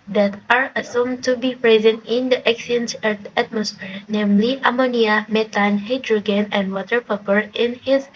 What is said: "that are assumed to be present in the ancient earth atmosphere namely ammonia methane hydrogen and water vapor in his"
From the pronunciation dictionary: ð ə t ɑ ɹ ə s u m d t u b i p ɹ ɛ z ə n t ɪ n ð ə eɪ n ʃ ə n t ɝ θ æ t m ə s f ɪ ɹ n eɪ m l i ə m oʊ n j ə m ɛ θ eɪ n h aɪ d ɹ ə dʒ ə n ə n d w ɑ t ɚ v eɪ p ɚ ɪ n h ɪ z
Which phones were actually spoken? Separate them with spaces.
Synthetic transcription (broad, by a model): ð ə t ɑ ɹ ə s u m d t u b i p ɹ ɛ z ə n t ɪ n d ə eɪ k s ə n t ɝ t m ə s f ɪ ɹ n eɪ m l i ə m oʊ n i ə m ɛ t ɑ n h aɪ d ɹ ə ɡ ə n ə n d w ɑ t ɚ p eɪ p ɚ ɪ n h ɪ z